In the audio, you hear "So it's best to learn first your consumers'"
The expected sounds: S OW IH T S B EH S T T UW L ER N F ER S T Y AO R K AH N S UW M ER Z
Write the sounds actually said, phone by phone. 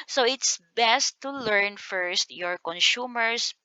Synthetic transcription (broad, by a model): S OW IH T S B EH S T T UW L ER N F ER S T Y AO R K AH N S UW M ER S